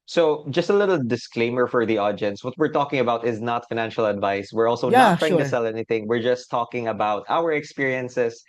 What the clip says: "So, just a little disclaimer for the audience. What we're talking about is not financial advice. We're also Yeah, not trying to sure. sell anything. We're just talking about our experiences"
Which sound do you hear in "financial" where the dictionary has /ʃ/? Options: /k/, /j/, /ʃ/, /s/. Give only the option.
/ʃ/